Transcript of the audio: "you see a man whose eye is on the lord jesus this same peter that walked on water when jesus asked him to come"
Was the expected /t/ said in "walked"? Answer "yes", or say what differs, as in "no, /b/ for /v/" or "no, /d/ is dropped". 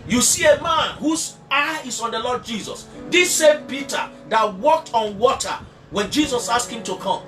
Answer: yes